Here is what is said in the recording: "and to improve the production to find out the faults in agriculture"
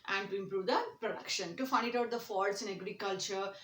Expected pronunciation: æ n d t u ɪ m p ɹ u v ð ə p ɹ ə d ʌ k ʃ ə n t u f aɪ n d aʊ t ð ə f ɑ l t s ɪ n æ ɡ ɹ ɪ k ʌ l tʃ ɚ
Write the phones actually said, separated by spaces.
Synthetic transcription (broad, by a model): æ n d t u ɪ m p ɹ u v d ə p ɹ ə d ʌ k ʃ ə n t u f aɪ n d aʊ t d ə f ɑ t s ɪ n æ ɡ ɹ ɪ k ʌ l tʃ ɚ